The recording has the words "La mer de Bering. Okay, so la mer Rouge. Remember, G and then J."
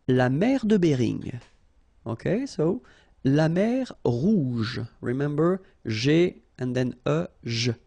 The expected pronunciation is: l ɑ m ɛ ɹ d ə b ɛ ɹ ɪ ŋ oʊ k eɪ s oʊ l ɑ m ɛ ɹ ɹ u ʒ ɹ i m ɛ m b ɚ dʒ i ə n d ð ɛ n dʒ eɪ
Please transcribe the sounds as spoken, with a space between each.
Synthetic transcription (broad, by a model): l ɑ m ɛ ɹ d ə b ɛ ɹ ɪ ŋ oʊ k eɪ s oʊ l ɑ m ɛ ɹ ɹ u ʒ ɹ i m ɛ m b ɚ ʒ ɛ ə n d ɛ n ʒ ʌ